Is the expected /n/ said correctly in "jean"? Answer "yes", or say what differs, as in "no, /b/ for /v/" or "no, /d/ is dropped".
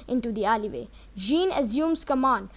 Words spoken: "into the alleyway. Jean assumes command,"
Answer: yes